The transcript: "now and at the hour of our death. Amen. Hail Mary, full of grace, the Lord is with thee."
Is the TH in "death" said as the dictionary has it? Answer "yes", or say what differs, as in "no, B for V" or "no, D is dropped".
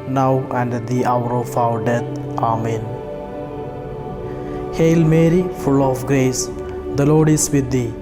no, T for TH